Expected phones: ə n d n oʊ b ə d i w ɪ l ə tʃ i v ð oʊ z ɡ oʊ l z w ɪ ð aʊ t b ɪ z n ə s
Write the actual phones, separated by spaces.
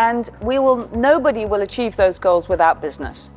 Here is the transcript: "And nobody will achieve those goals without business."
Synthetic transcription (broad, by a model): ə n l n oʊ b ə d i w ɪ l ə tʃ i v ð oʊ z ɡ oʊ l z w ɪ ð aʊ t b ɪ z n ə s